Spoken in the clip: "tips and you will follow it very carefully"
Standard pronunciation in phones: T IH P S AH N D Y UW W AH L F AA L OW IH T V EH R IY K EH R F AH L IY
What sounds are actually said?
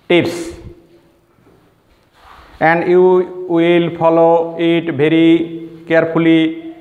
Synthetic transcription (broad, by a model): T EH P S AH N D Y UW W AH L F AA L OW IH T B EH R IY K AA R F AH L IY